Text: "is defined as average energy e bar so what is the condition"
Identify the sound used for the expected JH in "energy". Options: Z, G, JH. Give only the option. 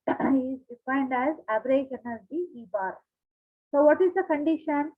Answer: Z